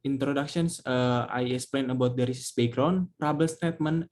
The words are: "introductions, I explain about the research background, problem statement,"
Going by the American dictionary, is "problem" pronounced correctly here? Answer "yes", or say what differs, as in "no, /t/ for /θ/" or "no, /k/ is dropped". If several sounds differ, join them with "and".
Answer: no, /l/ is dropped